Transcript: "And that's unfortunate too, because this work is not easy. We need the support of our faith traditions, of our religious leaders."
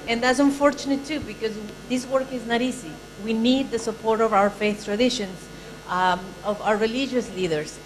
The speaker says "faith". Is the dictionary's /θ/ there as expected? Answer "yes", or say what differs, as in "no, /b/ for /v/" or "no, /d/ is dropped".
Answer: yes